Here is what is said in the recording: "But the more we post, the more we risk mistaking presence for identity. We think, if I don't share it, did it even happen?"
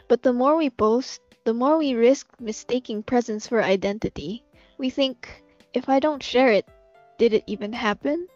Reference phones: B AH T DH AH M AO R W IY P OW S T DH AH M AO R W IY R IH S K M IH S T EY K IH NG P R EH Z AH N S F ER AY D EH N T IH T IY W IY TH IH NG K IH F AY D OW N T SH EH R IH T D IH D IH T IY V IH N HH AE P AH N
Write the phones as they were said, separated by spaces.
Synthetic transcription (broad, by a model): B AH T DH AH M AO R W IY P OW S T DH AH M AO R W IY R IH S K M IH S T EY K IH NG P R EH Z AH N S F ER AY D EH N T IH T IY W IY TH IH NG K IH F AY D OW N T SH EH R IH T D IH D IH T IY V IH N HH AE P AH N